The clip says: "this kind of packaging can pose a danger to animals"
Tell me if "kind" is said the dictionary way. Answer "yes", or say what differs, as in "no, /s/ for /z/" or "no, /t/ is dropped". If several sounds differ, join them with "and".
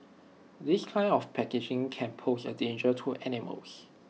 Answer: no, /d/ is dropped